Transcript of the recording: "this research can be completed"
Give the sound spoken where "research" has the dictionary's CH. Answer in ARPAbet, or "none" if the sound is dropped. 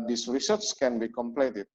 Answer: S